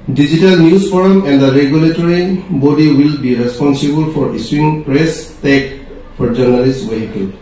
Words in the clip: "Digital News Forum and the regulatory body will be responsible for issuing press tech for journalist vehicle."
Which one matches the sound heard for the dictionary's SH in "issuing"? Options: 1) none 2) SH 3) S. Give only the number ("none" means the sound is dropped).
3